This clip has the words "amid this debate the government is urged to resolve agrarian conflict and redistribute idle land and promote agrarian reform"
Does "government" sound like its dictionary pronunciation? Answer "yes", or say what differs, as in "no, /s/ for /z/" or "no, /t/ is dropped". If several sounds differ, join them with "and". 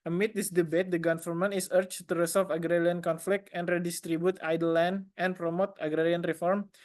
no, /f/ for /v/ and /l/ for /n/